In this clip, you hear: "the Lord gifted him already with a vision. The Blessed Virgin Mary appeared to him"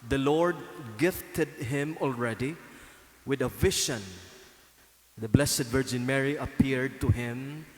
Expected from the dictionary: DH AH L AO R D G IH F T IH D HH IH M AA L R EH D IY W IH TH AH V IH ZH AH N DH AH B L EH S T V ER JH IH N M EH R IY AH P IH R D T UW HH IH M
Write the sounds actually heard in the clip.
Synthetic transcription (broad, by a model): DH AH L AO R D G IH F T IH D HH IH M AA L R EH D IY W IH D AH V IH SH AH N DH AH B L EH S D V ER JH IH N M EH R IY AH P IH R D T UW HH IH M